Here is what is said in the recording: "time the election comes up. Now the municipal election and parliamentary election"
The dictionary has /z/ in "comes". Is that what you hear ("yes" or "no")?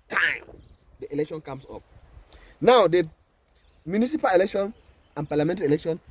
no